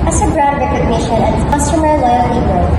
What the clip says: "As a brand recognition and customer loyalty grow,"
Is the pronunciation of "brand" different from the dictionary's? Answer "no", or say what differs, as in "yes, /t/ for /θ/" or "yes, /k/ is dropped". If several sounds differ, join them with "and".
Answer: yes, /n/ is dropped